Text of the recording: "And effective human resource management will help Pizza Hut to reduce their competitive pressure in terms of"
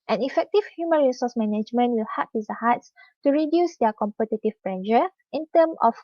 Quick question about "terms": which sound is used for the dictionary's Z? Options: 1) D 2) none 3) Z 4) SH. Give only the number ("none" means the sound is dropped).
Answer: 2